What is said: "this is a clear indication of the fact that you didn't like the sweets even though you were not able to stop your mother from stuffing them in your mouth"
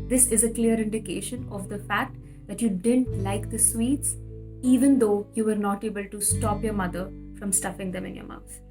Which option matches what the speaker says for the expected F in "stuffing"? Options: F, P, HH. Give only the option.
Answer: F